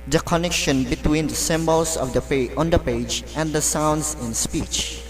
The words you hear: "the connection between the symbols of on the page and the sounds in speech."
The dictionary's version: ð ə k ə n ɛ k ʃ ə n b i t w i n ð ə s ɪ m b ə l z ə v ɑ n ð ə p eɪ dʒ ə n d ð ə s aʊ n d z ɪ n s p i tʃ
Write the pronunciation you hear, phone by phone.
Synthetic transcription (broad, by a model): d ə k ə n ɛ k ʃ ə n b i t w i n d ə s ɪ m b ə l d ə p ɑ n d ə p eɪ dʒ ə n d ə s aʊ n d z ɪ n s p i tʃ